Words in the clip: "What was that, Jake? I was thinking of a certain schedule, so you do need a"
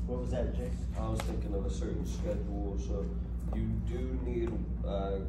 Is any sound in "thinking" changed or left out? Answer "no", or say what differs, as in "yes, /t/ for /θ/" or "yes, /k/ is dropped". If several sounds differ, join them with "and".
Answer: no